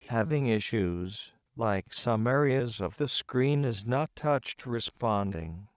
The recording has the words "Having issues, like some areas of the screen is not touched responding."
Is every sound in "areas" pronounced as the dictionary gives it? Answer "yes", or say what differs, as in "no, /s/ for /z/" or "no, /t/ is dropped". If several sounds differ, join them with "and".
yes